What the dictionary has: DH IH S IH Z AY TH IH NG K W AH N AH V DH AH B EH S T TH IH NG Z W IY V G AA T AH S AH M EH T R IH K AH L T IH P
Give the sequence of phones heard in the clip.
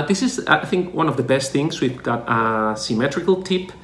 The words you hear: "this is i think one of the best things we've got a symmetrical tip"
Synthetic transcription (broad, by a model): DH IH S IH Z AY TH IH NG K W AH N AH V DH AH B EH S T TH IH NG Z W IY V G AA T AH S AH M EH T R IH K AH L T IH P